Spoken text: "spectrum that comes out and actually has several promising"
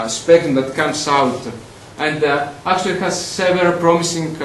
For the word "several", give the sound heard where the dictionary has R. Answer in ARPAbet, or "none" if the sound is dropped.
none